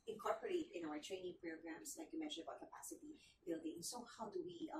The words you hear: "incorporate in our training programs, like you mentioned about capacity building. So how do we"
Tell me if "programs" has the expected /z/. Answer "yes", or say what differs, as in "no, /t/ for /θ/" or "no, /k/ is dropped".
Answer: no, /s/ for /z/